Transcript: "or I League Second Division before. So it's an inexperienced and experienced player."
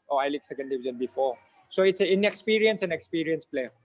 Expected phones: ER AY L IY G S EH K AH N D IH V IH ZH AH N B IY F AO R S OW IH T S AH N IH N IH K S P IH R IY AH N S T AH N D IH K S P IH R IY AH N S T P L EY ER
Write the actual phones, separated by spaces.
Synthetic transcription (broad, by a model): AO AY L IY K S EH K AH N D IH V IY Z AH N B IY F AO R S OW IH T S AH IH N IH K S P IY R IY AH N S AH N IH K S P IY R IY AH N S P L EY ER